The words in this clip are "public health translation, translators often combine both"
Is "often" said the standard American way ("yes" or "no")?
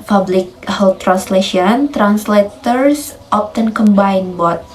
no